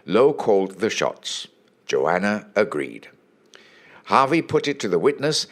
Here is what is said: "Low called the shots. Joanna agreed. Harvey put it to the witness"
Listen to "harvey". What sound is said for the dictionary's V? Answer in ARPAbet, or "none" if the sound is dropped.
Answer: V